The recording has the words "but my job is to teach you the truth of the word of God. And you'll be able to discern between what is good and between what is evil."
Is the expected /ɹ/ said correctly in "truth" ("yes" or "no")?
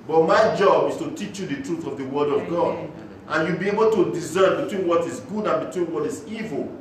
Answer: yes